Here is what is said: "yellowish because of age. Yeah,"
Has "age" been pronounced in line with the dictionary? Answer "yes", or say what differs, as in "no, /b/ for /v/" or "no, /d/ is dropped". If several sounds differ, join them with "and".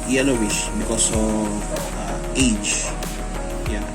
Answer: no, /tʃ/ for /dʒ/